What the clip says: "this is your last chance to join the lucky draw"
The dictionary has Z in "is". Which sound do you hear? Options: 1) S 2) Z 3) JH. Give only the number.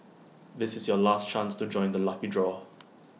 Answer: 2